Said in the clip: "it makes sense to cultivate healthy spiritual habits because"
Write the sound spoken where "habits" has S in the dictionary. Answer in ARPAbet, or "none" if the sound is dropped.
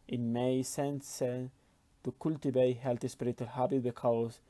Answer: none